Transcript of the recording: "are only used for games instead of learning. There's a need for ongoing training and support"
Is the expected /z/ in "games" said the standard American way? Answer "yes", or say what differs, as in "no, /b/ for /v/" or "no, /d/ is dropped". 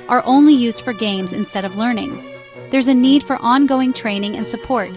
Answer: yes